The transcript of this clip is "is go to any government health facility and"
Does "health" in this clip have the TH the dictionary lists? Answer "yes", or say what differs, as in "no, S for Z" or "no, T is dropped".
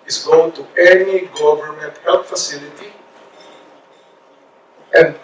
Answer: no, T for TH